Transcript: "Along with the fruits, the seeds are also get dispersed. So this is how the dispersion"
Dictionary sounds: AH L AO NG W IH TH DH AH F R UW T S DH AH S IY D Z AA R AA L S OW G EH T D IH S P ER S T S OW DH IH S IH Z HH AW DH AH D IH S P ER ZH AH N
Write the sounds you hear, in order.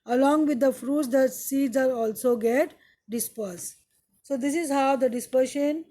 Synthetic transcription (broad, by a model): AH L AO NG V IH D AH F R UW T S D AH S IY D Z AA L AA L S OW G EH T D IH S P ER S S OW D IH S IH Z HH AW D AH D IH S P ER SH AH N